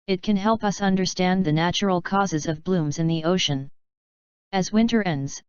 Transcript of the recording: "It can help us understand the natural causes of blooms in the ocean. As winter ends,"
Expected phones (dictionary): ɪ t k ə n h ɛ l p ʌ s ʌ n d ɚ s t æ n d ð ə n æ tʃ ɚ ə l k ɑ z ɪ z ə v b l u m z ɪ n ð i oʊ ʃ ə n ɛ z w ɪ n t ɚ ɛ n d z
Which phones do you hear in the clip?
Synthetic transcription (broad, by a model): ɪ t k ə n h ɛ l p ʌ s ʌ n d ɚ s t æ n ð ə n æ tʃ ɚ l k ɑ z ɪ z ə v b l u m z ɪ n ð i oʊ ʃ ə n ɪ z w ɪ n t ɚ ɛ n d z